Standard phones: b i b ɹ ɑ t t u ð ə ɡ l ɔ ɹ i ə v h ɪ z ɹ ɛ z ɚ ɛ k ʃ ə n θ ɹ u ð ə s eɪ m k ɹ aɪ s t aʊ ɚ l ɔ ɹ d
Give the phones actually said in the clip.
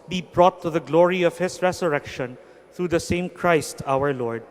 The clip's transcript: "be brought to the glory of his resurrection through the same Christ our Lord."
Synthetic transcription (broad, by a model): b i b ɹ ɑ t t u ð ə ɡ l ɔ ɹ i ə v h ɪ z ɹ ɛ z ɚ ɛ k ʃ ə n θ ɹ u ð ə s eɪ m k ɹ aɪ s t aʊ ɚ l ɔ ɹ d